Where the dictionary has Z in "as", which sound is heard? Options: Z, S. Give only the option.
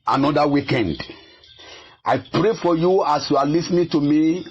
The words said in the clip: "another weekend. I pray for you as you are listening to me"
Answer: S